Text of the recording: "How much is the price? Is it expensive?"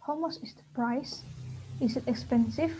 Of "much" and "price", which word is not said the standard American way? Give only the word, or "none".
much